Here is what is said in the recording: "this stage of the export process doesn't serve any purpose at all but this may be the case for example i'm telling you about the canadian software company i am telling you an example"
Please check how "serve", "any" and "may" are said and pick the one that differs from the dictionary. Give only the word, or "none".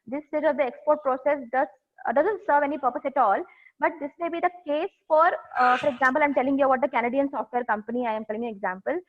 none